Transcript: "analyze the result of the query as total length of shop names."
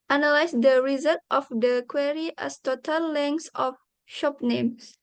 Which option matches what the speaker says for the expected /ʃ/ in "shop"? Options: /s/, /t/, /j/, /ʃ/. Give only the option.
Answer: /ʃ/